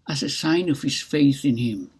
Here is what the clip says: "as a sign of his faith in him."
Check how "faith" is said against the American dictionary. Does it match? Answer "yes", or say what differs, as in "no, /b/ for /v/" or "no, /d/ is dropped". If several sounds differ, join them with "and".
yes